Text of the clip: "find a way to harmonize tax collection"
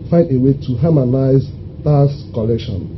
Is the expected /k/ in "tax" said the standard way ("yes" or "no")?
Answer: no